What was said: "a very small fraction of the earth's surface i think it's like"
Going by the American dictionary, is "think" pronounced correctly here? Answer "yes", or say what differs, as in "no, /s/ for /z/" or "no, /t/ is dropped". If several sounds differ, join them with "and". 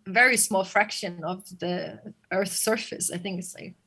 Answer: yes